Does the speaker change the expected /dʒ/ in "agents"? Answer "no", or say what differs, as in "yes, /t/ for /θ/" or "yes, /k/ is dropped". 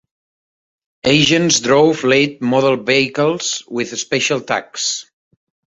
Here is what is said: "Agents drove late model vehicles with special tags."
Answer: yes, /ʒ/ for /dʒ/